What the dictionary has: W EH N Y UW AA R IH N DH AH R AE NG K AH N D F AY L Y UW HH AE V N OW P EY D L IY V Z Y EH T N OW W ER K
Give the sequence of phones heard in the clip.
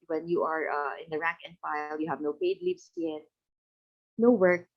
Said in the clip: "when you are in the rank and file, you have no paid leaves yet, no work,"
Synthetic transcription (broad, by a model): W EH N Y UW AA R IH N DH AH R AE NG K AH N D F AY L Y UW HH AE V N OW P EY D L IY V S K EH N N OW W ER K